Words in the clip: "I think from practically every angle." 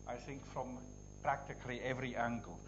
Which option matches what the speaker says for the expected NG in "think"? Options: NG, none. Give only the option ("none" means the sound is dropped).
NG